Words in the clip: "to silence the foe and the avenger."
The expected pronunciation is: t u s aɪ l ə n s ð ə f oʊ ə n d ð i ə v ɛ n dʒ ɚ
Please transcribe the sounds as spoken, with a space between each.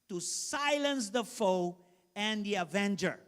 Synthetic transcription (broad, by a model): t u s aɪ l ə n s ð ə f oʊ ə n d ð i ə v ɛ n dʒ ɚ